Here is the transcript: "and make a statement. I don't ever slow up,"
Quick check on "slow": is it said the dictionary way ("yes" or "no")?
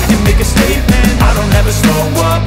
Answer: no